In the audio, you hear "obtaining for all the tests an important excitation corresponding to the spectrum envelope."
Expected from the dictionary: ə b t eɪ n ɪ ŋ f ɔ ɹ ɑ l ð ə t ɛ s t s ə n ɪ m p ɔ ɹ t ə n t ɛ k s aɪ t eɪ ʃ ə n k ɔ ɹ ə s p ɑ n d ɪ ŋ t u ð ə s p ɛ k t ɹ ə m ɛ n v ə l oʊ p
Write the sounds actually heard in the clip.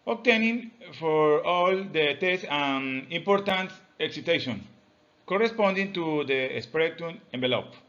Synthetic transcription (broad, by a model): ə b t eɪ n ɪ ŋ f ɔ ɹ ɑ l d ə t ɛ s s ə n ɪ m p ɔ ɹ t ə n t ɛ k s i t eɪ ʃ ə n k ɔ ɹ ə s p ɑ n d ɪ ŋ t u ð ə s p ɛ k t ə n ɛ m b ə l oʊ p